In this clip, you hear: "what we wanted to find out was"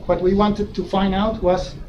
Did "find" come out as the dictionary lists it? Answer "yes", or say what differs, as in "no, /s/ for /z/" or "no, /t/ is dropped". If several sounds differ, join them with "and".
yes